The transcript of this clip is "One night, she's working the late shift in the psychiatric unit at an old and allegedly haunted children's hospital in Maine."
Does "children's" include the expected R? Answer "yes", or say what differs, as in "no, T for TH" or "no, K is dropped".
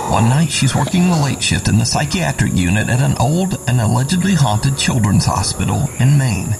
yes